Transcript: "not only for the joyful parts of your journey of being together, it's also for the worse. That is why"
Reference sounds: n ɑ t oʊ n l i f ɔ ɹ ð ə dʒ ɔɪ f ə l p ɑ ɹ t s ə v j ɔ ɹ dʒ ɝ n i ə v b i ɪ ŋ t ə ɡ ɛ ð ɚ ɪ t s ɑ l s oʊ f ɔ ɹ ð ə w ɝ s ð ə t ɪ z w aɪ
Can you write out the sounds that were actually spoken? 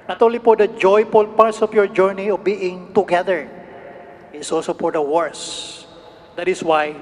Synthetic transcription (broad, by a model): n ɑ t oʊ n l i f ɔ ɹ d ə dʒ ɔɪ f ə l p ɑ ɹ t s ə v j ɔ ɹ dʒ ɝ n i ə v b i ɪ ŋ t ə ɡ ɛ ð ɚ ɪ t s ɑ l s oʊ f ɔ ɹ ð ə w ɝ s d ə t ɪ s w aɪ